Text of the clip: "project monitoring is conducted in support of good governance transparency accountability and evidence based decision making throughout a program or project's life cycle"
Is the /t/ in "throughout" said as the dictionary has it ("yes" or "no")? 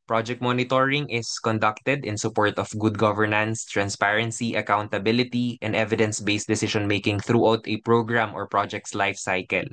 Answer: yes